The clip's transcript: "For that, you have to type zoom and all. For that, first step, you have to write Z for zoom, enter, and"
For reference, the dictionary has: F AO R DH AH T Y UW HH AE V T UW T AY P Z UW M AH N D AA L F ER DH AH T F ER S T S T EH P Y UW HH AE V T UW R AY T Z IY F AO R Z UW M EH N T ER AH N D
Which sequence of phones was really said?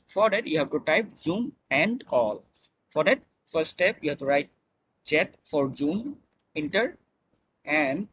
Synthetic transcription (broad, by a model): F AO R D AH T Y UW HH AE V T UW T AY P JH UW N AH N D AA L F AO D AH T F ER T S T EH P Y UW HH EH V T UW R AY T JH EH F AO R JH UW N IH N T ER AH N D